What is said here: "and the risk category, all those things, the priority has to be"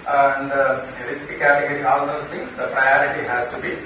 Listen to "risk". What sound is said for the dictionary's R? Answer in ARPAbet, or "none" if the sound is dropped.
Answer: L